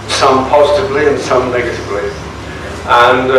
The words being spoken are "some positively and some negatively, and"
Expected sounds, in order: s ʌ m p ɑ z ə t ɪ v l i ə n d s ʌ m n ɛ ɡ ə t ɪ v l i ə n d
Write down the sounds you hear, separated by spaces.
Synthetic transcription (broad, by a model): s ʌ m p ɑ z ə t ɪ v l i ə n s ʌ m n ɛ ɡ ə t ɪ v l i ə n